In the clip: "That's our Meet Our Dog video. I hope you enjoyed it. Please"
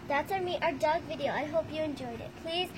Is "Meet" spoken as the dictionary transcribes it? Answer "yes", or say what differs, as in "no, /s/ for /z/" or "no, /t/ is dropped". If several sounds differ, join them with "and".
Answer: yes